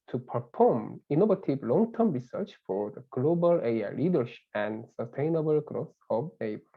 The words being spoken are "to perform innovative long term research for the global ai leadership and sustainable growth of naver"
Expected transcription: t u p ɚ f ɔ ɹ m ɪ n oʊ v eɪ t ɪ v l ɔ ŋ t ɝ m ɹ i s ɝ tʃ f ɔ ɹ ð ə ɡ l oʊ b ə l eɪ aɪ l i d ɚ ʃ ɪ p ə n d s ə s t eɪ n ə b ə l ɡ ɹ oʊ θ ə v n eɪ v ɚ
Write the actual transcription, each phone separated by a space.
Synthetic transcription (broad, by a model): t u p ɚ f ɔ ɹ m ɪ n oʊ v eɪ t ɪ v l ɔ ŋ t ɝ m ɹ i s ɝ tʃ f ɔ ɹ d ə ɡ l oʊ b ə l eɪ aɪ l i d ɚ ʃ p ə n d s ə s t eɪ n ə b ə l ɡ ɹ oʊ s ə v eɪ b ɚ